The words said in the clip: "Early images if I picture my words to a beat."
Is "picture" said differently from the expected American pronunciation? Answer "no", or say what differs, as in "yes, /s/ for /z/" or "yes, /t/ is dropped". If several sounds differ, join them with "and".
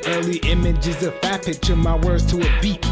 yes, /k/ is dropped